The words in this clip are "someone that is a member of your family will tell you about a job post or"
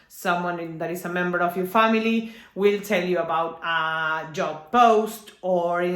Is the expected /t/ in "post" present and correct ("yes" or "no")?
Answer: yes